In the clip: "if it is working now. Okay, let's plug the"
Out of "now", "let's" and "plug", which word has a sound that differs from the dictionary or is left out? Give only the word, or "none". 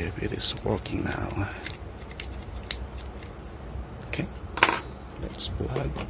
plug